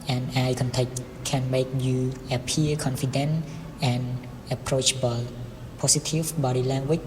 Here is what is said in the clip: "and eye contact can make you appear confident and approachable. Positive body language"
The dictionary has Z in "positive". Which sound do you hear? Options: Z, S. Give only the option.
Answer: S